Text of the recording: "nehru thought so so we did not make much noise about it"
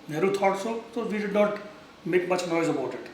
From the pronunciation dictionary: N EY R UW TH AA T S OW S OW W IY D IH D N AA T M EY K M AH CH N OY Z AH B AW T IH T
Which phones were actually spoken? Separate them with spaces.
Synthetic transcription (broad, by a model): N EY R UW T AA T S OW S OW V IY D IH D N AA T M EY K M AH CH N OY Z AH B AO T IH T